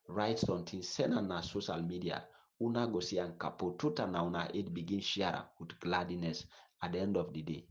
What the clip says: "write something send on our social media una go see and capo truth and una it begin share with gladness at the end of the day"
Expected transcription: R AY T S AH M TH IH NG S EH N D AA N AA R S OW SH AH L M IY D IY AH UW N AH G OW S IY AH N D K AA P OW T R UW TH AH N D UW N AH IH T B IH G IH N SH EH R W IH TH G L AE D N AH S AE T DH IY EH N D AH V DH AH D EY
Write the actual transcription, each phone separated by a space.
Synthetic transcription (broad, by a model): R AY T S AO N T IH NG S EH N AA N AA S OW SH AH L M IY D IY AH UW N AH G OW S IY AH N K AA P OW T UW T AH N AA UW N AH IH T B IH G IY N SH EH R W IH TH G L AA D N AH S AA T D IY EH N D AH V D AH D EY